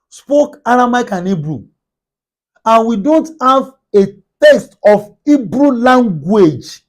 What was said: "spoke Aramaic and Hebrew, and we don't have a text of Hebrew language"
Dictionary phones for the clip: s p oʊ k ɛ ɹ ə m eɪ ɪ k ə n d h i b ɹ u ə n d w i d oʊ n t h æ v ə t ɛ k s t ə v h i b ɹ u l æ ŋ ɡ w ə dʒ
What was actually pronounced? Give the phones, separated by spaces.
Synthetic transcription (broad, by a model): s p oʊ k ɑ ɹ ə m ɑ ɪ k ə n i b ɹ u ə n w i d oʊ n t h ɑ v ə t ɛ s t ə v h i b ɹ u l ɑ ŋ ɡ w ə dʒ